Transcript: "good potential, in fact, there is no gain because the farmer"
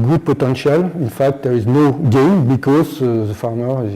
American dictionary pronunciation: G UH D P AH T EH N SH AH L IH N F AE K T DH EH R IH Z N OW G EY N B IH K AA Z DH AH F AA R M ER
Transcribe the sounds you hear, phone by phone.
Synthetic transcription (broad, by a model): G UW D P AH T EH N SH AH L IH N F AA K T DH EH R IH Z N OW G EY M B IH K AA Z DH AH F AA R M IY